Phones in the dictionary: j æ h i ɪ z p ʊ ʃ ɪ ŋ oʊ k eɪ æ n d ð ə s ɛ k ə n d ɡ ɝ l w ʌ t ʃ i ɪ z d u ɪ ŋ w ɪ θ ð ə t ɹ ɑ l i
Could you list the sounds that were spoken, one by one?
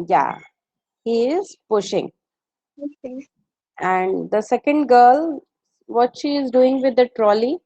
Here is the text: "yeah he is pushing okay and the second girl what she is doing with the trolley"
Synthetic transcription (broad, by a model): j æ h i ɪ z p ʊ ʃ ɪ ŋ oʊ eɪ æ n d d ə s ɛ k ə n d ɡ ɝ l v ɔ t ʃ i ɪ z d u ɪ ŋ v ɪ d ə t ɹ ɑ l i